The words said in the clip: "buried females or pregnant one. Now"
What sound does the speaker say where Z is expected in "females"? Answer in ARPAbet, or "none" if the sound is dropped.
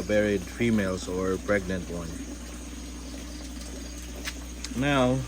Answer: S